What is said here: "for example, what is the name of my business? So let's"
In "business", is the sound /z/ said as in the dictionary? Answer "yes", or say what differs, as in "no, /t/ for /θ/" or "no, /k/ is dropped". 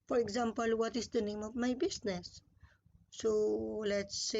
no, /s/ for /z/